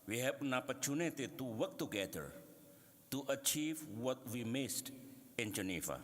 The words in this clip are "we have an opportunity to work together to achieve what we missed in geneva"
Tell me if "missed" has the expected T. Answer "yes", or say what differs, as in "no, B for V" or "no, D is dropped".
yes